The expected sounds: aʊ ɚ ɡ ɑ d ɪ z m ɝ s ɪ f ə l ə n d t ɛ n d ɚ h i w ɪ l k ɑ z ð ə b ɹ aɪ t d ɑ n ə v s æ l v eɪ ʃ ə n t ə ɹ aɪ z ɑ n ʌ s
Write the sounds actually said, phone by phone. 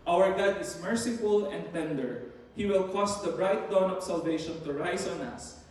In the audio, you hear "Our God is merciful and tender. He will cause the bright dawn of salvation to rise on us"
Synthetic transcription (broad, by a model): aʊ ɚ ɡ ɑ d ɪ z m ɝ s ɪ f ə l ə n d t ɛ n d ɚ h i w ɪ l k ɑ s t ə b ɹ aɪ t d ɑ n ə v s æ l v eɪ ʃ ə n t ə ɹ aɪ s ɑ n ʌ s